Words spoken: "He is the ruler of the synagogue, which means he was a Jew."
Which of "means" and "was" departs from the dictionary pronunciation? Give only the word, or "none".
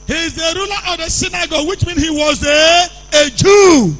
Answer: means